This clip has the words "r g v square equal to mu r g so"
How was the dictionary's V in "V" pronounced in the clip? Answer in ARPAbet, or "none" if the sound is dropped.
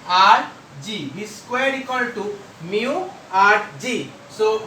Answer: B